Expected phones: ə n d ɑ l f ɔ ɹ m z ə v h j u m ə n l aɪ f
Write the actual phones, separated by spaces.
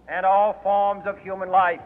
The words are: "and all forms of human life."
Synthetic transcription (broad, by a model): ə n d ɑ l f ɔ ɹ m z ə v h j u m ə n l aɪ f